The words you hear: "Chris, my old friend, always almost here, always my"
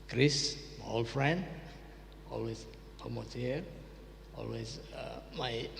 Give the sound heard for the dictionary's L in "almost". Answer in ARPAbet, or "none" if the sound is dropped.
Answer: none